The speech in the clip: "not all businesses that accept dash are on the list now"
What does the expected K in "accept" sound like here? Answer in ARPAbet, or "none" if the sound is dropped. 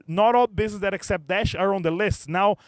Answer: K